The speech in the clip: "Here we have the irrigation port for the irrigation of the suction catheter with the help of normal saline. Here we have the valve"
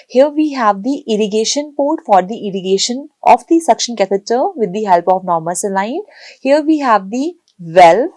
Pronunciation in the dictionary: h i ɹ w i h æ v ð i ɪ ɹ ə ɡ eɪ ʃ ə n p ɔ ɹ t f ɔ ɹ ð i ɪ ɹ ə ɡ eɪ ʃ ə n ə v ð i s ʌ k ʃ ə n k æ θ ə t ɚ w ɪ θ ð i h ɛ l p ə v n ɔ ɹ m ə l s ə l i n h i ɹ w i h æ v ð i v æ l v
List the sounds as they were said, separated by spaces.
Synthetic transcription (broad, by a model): h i ɹ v i h æ v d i ɪ ɹ ə ɡ eɪ ʃ ə n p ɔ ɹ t f ɔ ɹ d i ɪ ɹ ə ɡ eɪ ʃ ə n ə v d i s ʌ k ʃ ə n k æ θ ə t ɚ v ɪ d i h ɛ l p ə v n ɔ ɹ m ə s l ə ɪ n h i ɹ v i h æ v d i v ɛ l